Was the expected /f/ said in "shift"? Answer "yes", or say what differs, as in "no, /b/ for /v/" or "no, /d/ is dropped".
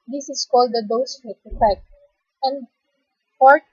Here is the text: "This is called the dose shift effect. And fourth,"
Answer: no, /f/ is dropped